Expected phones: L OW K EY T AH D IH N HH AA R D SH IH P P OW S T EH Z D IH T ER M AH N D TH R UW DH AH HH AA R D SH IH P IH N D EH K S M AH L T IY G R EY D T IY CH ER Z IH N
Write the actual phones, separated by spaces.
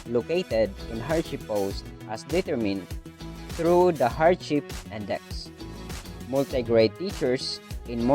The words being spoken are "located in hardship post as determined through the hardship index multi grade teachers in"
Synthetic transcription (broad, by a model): L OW K EY T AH D IH N HH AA R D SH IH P P OW S T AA S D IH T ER M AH N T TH R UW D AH HH AA R D SH IH P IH N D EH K S M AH L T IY G R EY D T IY CH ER S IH N